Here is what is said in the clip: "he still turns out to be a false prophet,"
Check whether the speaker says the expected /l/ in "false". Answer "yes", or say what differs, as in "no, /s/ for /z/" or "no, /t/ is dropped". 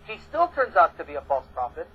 yes